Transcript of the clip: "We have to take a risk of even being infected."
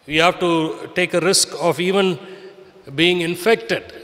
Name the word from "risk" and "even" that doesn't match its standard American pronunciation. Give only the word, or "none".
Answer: none